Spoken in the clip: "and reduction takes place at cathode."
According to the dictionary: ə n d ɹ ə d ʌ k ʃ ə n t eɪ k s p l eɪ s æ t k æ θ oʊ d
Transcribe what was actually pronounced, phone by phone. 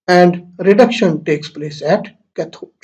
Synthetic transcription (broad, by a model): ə n d ɹ ə d ʌ k ʃ ə n t eɪ k s p l eɪ s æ t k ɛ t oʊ